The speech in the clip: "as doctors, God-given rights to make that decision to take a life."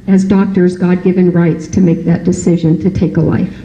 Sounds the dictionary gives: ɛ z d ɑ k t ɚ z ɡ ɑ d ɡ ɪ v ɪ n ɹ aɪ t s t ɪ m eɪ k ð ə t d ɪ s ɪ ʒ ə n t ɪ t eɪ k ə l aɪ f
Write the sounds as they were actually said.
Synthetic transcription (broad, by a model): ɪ z d ɑ k t ɚ z ɡ ɑ d ɡ ɪ v ɪ n ɹ aɪ t s t ɪ m eɪ k ð ə t d ɪ s ɪ ʒ ə n t ɪ t eɪ k ə l aɪ f